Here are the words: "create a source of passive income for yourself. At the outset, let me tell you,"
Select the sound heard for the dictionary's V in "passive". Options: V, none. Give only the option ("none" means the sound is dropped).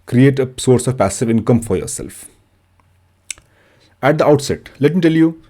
V